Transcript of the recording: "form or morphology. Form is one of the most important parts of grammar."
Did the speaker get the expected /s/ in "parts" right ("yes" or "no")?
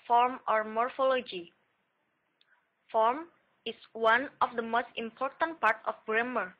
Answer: no